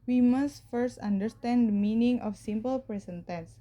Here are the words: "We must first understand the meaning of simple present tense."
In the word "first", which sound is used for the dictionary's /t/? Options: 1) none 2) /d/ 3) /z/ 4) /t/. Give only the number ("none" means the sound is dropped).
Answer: 4